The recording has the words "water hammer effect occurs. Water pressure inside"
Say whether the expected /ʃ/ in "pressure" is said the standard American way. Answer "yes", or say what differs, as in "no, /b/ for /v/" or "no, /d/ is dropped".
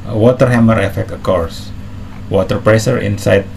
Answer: no, /s/ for /ʃ/